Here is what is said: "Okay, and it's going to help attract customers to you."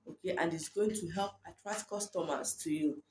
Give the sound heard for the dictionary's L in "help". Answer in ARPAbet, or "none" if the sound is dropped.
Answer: L